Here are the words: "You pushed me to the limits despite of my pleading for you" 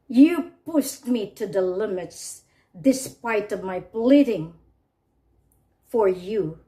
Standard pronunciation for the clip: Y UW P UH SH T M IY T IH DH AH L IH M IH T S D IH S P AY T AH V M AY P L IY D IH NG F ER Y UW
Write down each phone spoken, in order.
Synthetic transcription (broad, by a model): Y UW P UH S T M IY T IH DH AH L IH M IH T S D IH S P AY T AH V M AY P L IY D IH NG F ER Y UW